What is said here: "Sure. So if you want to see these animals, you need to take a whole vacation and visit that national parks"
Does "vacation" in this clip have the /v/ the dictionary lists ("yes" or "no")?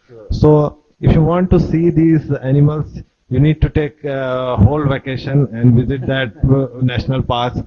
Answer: yes